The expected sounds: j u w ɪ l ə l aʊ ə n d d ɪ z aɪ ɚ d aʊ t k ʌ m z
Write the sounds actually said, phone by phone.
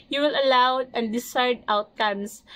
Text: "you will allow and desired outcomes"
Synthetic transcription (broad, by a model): j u w ɪ l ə l aʊ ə n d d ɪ s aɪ d aʊ t k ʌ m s